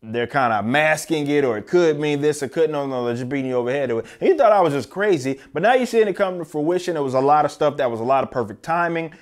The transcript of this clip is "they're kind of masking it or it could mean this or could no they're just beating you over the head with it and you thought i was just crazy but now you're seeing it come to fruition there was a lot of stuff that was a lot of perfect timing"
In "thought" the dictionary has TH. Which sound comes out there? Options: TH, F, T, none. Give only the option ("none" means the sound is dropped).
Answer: TH